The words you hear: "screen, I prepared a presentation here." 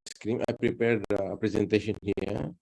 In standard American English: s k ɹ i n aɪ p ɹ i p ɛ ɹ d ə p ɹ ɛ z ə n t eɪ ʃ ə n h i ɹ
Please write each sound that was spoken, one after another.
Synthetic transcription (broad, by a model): s k ɹ i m aɪ p ɹ i p ɛ ɹ d ə p ɹ ɛ z ə n t eɪ ʃ ə n h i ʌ